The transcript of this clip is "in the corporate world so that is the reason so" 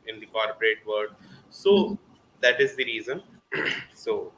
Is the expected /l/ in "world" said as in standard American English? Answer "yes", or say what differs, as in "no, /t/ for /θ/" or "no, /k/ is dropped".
no, /l/ is dropped